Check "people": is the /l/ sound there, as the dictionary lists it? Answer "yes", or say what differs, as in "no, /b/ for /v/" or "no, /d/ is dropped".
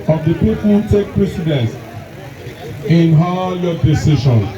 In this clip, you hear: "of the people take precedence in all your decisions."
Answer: no, /n/ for /l/